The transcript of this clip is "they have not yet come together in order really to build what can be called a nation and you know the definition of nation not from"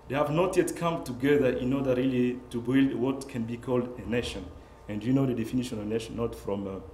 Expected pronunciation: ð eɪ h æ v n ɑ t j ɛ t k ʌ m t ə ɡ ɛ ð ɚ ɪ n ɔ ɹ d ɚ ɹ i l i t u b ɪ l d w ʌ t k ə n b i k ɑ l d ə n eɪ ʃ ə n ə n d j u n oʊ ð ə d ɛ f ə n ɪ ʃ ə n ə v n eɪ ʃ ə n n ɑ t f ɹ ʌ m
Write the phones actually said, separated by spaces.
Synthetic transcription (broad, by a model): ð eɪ h æ v n ɑ t j ɛ t k ʌ m t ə ɡ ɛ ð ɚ ɪ n ɔ ɹ d ɚ ɹ i l i t u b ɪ l d w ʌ t k ə n b i k ɑ l d ə n eɪ ʃ ə n ə n d j u n oʊ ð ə d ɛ f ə n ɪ ʃ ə n ə v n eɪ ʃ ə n n ɑ t f ɹ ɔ m